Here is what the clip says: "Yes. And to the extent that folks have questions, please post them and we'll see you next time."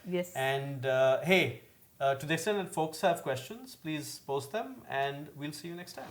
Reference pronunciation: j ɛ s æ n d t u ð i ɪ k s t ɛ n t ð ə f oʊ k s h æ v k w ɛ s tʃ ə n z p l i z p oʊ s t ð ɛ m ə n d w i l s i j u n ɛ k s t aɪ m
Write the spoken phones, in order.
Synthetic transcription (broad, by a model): j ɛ s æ n d t u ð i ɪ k s t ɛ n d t f oʊ k s h æ v k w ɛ s tʃ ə n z p l i z p oʊ s t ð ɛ m ə n d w i l s i j u n ɛ k s t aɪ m